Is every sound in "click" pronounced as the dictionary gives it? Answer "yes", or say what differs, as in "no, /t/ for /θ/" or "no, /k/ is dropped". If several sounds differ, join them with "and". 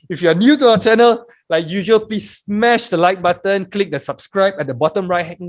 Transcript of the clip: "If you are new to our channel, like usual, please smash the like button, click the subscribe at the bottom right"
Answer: yes